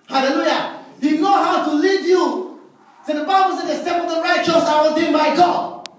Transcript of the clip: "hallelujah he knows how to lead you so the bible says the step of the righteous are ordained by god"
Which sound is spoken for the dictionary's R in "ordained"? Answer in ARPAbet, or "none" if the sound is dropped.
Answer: L